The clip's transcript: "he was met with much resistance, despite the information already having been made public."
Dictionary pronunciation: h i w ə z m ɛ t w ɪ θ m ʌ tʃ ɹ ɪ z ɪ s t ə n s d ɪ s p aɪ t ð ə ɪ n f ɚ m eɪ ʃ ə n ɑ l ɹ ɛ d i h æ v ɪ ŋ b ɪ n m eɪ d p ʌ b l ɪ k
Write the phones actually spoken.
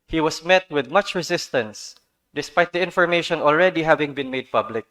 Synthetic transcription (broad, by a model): h i w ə s m ɛ t w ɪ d m ʌ tʃ ɹ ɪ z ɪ s t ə n s d ɪ s p aɪ t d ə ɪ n f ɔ m eɪ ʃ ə n ɑ l ɹ ɛ d i h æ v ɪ ŋ b ɪ n m eɪ d p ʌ b l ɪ k